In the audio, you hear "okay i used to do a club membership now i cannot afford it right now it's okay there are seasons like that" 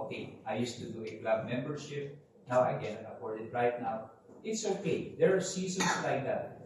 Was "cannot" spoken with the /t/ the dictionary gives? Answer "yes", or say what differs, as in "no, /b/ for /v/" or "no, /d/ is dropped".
no, /t/ is dropped